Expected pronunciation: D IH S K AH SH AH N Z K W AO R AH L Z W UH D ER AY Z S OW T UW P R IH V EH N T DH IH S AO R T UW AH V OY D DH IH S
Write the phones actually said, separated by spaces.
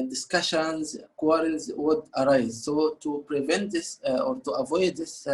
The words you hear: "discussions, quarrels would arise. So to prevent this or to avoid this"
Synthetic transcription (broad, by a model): D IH S K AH SH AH N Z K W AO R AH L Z W UH D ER AY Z S OW T UW P R IH V EH N T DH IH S AO R T UW AH V OY D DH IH S